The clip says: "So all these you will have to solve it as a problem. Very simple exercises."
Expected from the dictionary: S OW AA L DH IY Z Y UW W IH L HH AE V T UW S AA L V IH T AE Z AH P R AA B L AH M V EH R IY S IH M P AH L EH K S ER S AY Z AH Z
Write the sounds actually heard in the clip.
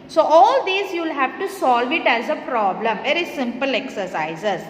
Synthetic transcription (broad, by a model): S OW AA L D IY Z Y UW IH L HH AE V T UW S AA L V IH T AE Z AH P R AA B L AH M V EH R IY S IH M P AH L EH K S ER S AY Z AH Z